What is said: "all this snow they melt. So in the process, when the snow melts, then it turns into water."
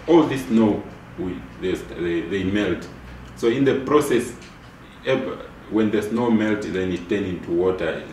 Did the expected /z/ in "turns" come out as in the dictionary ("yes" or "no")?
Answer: no